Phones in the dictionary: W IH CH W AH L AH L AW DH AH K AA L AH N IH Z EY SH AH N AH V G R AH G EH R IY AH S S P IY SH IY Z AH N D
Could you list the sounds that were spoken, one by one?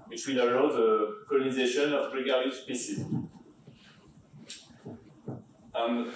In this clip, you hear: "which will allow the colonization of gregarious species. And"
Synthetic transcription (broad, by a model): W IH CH W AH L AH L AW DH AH K AA L AH N IH Z EY SH AH N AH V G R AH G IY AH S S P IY S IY AH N